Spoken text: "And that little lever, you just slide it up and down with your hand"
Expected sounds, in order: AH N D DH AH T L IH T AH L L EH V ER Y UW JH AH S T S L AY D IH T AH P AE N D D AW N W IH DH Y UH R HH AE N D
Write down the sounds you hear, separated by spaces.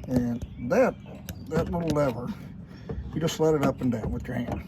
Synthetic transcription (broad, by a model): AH N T DH AH T L IH T L L EH V ER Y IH JH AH S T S L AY D IH T AH P N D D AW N W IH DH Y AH R HH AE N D